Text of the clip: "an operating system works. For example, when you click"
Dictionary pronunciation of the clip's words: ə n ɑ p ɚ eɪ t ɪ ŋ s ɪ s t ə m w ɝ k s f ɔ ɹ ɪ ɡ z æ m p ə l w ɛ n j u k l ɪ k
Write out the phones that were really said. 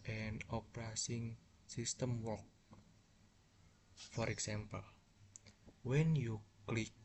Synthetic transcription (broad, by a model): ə n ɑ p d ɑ s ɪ ŋ s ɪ s t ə m w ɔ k f ɔ ɹ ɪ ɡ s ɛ m p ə l w ɛ n j u k l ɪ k